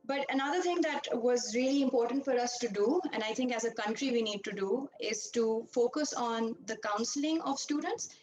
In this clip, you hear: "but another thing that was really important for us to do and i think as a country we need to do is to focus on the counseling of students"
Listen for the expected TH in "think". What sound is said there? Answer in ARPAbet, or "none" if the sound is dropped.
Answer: T